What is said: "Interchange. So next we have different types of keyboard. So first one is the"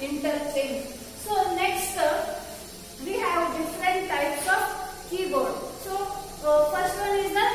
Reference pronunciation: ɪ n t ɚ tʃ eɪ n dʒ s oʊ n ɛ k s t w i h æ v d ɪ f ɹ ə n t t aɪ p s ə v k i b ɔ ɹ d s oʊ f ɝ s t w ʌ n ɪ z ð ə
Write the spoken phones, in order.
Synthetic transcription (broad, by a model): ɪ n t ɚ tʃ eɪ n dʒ s oʊ n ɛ k s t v i h æ v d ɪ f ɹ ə t t aɪ p s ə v k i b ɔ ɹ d s oʊ f ɝ s t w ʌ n ɪ z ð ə